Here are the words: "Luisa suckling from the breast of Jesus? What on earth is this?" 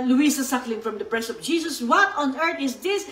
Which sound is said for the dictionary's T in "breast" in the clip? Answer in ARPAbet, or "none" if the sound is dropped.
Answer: none